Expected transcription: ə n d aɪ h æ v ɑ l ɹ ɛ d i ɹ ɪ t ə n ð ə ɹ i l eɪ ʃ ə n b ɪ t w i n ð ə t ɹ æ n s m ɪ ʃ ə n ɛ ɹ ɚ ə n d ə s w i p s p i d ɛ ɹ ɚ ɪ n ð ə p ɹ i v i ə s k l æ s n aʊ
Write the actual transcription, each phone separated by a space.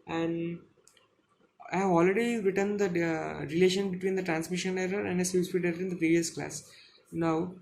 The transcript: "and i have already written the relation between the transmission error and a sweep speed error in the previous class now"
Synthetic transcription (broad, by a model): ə n d aɪ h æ v ɑ l ɹ ɛ d i ɹ ɪ t ə n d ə ɹ i l eɪ ʃ ə n b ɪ t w i n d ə t ɹ æ n s m ɪ ʃ ə n ɛ ɹ ɚ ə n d ə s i b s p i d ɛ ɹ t ɪ n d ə p ɹ i v i ə s k l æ s n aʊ